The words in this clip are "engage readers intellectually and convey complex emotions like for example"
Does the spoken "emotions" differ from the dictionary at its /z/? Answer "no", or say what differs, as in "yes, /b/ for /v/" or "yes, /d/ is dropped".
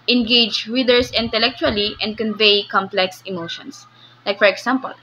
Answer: yes, /s/ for /z/